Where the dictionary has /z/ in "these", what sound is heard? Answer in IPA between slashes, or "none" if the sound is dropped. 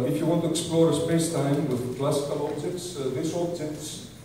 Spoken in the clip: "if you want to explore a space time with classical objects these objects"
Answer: /s/